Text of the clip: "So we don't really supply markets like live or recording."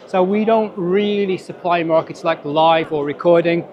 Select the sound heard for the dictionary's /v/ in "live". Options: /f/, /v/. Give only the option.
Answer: /v/